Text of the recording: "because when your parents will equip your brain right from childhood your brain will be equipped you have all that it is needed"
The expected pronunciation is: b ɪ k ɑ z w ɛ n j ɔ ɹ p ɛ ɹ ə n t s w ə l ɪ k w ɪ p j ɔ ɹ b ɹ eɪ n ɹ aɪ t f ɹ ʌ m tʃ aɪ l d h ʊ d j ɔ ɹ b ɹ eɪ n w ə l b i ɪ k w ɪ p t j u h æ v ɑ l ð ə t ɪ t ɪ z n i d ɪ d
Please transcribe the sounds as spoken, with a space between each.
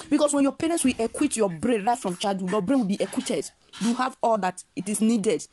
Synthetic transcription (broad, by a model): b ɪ k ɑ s w ɛ n j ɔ p ɛ ɹ ə n t s w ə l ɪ k w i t j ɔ b ɹ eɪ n ɹ aɪ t f ɹ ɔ m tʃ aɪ d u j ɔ b ɹ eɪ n w ə l b i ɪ k w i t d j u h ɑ v ɑ l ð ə t ɪ t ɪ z n i d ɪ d